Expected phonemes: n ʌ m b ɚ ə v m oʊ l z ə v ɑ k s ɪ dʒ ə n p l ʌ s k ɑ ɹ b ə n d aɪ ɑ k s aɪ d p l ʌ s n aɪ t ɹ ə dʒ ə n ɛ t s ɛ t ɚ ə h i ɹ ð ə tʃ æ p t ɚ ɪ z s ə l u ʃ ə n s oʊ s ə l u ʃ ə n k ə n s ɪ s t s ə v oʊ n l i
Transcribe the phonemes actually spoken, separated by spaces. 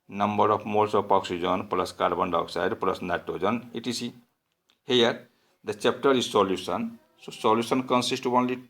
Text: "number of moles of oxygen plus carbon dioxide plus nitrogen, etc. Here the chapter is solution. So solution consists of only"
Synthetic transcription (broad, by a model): n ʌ m b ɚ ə p m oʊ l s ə p ɑ k s ɪ dʒ ə n p l ʌ s k ɑ ɹ b ə n d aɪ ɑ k s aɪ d p l ʌ s n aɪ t ə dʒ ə n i t s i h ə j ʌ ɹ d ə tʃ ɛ p t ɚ ɪ z s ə l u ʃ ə n s oʊ s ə l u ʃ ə n k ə n s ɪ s t ə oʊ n l i